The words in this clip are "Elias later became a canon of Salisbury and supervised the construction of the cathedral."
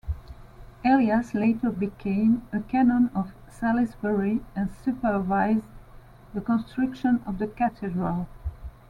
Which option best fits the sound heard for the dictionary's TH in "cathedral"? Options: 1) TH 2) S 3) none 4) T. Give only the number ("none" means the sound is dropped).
4